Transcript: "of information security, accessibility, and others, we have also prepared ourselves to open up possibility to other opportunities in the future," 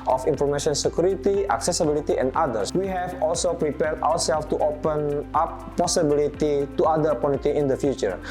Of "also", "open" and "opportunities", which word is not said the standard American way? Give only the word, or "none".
opportunities